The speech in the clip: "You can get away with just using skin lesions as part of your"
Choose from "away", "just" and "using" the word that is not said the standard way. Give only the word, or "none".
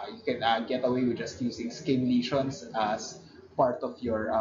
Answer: using